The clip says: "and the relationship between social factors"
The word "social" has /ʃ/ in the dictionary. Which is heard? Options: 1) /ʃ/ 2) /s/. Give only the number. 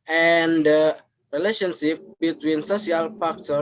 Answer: 2